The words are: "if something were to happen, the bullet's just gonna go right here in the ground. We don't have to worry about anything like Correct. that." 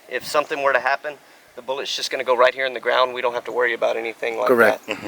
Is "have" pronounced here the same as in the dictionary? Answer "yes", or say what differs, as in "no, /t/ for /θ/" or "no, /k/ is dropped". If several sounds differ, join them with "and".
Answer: no, /f/ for /v/